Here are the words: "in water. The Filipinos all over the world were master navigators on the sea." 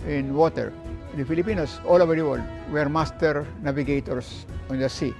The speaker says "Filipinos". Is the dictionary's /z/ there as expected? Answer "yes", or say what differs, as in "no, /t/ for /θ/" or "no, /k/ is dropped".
no, /s/ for /z/